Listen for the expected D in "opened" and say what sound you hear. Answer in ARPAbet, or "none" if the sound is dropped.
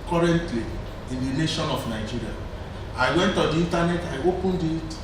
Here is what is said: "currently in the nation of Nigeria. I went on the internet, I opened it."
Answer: D